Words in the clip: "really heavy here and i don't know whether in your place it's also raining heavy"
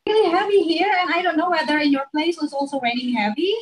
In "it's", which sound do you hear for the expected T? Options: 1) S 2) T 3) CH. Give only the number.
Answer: 1